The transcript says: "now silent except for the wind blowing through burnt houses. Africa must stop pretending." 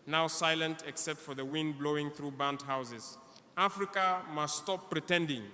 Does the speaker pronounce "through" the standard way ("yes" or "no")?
yes